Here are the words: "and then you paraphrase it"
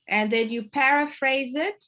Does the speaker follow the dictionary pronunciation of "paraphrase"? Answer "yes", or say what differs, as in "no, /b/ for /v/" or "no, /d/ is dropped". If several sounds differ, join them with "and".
yes